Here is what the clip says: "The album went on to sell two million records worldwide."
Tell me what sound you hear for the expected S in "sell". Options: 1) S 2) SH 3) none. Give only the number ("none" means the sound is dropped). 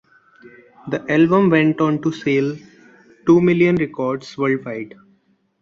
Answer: 1